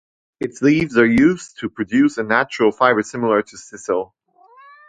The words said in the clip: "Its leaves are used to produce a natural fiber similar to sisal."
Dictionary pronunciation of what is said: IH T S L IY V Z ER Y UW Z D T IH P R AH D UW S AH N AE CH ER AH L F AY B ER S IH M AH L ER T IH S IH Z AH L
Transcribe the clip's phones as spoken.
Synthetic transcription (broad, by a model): IH T S L IY V Z ER Y UW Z T IH P R AH D UW S AH N AE CH ER AH L F AY B ER S IH M L ER T IH S IH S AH L